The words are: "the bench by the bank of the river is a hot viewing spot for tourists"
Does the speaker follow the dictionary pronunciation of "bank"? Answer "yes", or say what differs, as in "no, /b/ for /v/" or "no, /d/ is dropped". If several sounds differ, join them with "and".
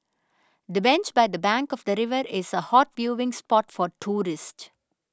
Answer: yes